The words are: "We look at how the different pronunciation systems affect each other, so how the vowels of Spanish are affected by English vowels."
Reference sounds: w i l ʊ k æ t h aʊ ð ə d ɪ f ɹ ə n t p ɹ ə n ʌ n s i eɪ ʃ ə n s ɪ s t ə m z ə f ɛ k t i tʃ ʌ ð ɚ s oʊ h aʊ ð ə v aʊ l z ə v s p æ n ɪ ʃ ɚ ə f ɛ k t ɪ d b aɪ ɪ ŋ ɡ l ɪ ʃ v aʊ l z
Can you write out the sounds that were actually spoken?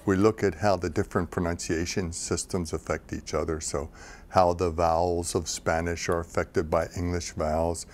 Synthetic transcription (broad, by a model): w i l ʊ k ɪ t h aʊ ð ə d ɪ f ɹ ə n p ɹ ə n ʌ n s i eɪ ʃ ə n s ɪ s t ə m z ə f ɛ k t i tʃ ʌ ð ɚ s oʊ h aʊ ð ə v aʊ l z ə v s p æ n ɪ ʃ ɚ ə f ɛ k t ɪ d b aɪ ɪ ŋ ɡ l ɪ ʃ v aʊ l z